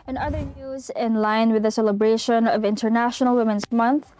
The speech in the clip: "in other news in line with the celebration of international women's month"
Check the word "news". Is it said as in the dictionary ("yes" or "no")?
yes